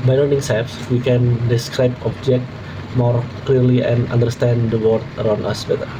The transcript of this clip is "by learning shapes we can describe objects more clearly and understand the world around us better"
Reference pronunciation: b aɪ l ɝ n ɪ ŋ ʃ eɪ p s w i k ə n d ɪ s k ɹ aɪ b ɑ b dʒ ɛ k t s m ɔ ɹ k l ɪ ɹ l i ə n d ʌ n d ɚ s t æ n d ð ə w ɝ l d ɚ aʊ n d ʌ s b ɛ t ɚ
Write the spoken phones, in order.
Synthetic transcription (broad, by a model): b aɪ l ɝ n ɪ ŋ s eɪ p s w i k ə n d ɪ s k ɹ aɪ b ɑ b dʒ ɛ k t m ɔ ɹ k l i ɹ l i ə n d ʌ n d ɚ s t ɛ n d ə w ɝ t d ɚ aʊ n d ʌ s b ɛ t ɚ